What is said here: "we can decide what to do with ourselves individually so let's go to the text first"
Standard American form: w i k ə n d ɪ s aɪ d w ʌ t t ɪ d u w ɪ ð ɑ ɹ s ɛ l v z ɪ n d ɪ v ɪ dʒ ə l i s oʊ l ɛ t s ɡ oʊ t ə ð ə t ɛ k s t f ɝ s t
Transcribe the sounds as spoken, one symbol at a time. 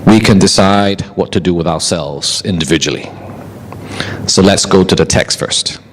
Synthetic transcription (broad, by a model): w i k ə n d ɪ s aɪ d w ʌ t t ɪ d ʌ w ɪ ð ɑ ɹ s ɛ l v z ɪ n d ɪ v ɪ dʒ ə l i s oʊ l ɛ t s ɡ oʊ t ə ð ə t ɛ k s t f ɝ s t